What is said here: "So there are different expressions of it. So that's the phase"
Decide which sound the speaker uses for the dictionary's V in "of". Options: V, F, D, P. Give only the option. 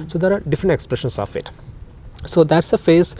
F